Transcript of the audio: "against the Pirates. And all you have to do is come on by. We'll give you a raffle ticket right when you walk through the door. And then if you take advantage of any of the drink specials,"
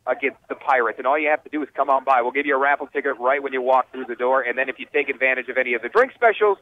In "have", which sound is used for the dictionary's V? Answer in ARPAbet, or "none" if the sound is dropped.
F